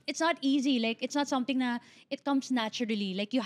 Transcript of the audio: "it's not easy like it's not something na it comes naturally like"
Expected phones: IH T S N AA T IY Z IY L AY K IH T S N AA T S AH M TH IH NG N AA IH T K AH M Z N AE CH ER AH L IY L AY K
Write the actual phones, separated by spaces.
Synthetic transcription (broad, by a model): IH T S N AA T IY Z IY L AY K IH T S N AA T S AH M T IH NG N AA IH T K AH M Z N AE CH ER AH L IY L AY K